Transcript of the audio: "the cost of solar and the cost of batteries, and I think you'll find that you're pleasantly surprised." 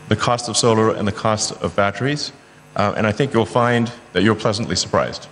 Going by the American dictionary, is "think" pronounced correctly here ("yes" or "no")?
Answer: yes